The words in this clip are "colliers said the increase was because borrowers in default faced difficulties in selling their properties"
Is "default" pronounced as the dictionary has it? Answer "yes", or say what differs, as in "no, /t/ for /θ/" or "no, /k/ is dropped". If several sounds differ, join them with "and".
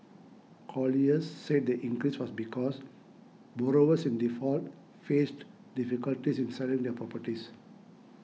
yes